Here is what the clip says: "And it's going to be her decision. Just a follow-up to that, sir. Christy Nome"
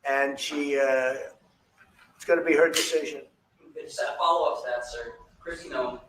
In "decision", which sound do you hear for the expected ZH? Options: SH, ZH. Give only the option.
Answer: ZH